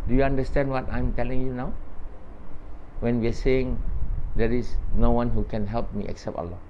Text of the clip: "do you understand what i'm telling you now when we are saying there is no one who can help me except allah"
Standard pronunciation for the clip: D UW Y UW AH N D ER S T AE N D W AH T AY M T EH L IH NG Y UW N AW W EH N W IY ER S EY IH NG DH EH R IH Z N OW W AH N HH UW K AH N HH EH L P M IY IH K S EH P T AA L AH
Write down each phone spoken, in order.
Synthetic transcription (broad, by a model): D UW Y UW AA N D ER S T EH N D W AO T AY M T EH L IH NG Y UW N AW W EH N W IY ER S EY IH NG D EH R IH S N OW W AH N HH UW K AH N HH EH L P M IY IH K S EH P T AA L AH